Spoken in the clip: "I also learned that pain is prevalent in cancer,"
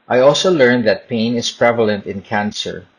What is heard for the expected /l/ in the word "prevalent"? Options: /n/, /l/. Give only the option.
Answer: /l/